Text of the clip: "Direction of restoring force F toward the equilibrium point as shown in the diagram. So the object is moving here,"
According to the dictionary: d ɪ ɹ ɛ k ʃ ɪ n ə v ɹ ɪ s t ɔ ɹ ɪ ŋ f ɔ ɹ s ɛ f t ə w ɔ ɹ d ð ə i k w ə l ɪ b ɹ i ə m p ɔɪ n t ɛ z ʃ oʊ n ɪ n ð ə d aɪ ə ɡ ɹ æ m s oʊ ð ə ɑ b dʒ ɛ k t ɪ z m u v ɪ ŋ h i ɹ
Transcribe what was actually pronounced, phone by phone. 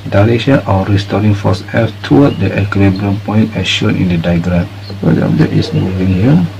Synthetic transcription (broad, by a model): d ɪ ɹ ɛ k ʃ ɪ n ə ɹ ɪ s t ɔ ɹ ɪ ŋ f ɔ s ɛ f t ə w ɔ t d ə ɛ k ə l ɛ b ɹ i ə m p ɔɪ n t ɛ ʃ oʊ n ɪ n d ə d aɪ ɡ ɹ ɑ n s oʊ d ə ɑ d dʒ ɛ t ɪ s m u v ɪ ŋ h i